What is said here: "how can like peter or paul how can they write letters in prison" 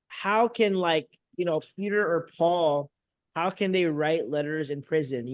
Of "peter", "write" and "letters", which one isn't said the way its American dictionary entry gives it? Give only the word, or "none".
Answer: none